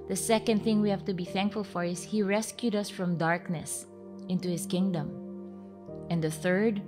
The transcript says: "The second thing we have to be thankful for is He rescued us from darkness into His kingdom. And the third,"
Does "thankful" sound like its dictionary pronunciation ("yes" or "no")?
yes